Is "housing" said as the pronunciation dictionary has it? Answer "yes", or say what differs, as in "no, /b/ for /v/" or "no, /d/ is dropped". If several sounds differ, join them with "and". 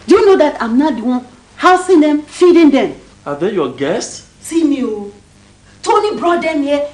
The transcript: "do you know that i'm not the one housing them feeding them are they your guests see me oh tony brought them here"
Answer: no, /s/ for /z/